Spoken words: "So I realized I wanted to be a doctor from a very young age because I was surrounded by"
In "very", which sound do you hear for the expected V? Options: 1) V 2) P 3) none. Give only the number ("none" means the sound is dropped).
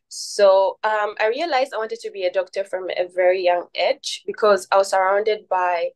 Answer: 1